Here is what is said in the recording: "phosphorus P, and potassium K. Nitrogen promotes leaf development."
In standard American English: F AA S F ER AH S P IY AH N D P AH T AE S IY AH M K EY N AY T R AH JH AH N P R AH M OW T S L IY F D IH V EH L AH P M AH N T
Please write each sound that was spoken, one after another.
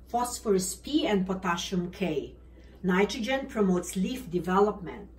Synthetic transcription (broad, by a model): F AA S F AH S P IY AH N D P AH T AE SH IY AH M K EY N AY T R AH JH AH N P R AH M OW T S L IY F D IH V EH L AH P M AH N T